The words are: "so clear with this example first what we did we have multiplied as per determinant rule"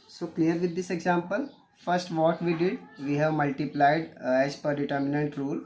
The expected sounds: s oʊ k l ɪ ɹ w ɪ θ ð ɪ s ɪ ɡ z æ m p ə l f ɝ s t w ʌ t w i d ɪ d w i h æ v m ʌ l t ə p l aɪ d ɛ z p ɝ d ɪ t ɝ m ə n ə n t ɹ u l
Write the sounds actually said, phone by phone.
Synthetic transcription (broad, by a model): s oʊ k l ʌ ɹ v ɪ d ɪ s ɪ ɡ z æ m p ə l f ɝ s t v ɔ t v i d ɪ d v i h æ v m ʌ l t ə p l aɪ d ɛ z p ɝ d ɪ t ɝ m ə n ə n t ɹ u l